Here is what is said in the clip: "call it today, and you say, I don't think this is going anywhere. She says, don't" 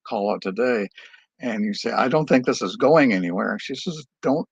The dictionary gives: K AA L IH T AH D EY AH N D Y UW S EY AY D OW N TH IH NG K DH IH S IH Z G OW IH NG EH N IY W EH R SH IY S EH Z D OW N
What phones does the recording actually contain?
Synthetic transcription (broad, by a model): K AA L IH T AH D EY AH N Y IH S EY AY D OW N TH IH NG K DH IH S IH Z G OW IH NG EH N IY W EH R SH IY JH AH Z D OW N